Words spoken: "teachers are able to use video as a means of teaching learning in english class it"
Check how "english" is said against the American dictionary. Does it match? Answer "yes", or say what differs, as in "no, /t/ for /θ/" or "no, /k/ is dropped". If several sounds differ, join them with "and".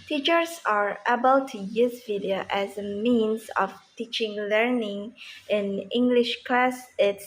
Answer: yes